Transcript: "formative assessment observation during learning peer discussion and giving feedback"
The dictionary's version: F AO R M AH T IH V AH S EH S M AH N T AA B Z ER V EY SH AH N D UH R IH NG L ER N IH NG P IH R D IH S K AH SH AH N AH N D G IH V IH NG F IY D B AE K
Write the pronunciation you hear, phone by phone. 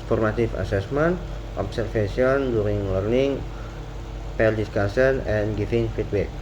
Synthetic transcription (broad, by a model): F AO R M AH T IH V AH S EH S M AH N T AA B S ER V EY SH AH N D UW R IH NG L ER N IH NG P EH L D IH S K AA S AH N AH N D G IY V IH NG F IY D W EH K